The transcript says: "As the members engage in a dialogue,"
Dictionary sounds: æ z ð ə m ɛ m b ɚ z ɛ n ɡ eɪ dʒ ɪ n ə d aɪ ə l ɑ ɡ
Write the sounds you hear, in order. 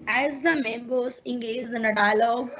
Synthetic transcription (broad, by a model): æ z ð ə m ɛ m b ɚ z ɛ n ɡ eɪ z ɪ n ə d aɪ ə l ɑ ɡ